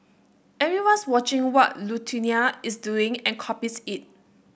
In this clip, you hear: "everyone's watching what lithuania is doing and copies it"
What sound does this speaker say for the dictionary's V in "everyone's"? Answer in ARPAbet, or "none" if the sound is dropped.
none